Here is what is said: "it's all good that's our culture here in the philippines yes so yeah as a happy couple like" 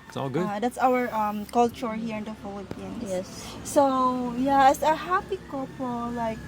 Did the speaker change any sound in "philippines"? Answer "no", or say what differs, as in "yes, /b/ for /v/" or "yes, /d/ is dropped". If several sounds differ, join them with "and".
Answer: yes, /z/ is dropped